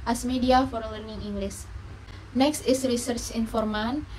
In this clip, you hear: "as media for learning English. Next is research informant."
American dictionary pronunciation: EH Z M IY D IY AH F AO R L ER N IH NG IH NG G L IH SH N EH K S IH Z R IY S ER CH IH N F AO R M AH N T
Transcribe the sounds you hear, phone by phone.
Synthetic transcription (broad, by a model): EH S M IY D IY AH F AO R L ER N IH NG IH NG G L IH S N EH K S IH S R IY S ER CH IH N F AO R M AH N